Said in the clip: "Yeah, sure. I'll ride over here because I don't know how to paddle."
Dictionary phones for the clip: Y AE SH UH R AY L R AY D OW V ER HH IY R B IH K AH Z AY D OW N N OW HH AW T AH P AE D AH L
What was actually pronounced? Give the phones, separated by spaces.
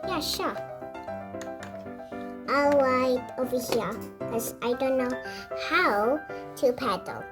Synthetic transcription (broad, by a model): Y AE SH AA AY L W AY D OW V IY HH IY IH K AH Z AY D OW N N OW HH AW T AH P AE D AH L